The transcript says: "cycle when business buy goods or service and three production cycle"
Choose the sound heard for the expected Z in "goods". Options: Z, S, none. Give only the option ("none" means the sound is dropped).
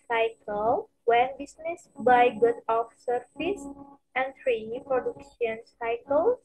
none